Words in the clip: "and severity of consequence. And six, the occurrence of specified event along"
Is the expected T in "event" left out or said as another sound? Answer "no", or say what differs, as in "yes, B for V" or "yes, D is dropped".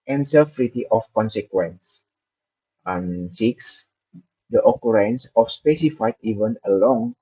yes, T is dropped